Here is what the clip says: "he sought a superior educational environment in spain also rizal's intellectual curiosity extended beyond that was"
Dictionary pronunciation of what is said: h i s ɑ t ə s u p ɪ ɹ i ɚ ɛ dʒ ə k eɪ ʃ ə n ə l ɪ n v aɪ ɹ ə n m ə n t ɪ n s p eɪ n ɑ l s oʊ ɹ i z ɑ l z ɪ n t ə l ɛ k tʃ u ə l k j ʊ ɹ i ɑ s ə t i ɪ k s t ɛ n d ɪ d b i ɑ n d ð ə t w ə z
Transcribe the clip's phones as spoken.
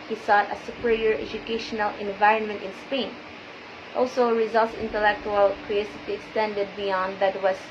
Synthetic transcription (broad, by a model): h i s ɑ t ə s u p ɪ ɹ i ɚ ɛ dʒ ə k eɪ ʃ ə n ə l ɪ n v aɪ ɹ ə n m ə n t ɪ n s p eɪ n ɑ l s oʊ ɹ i z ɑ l s ɪ n t ə l ɛ k tʃ u ə l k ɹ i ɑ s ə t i ɪ k s t ɛ n d ɪ d b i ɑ n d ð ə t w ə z